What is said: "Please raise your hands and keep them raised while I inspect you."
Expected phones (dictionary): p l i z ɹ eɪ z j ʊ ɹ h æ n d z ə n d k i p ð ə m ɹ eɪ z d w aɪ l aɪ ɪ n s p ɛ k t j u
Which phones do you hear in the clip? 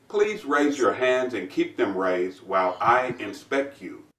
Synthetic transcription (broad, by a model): p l i z ɹ eɪ z j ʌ ɹ h æ n d z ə n k i p ð ə m ɹ eɪ z d w aɪ l aɪ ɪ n s p ɛ k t j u